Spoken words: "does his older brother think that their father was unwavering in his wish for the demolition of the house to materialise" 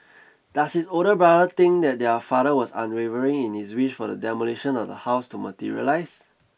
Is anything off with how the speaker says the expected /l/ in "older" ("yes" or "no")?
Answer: yes